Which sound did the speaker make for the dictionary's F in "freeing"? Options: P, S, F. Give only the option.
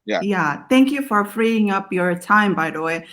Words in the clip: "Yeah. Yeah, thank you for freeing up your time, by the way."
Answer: F